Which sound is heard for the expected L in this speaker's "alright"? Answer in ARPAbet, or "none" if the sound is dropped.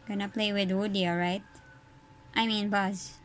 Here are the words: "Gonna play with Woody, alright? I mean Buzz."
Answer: none